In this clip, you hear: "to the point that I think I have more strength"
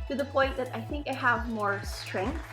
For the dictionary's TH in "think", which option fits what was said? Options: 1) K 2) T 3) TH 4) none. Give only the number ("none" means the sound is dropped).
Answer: 3